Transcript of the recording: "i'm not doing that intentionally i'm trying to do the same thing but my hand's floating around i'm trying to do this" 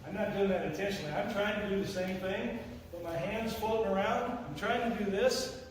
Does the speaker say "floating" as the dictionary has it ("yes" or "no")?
no